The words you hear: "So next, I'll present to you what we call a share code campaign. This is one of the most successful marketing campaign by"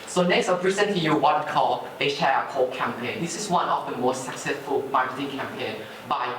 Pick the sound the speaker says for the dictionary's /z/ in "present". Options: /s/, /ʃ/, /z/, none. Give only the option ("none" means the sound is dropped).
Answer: /s/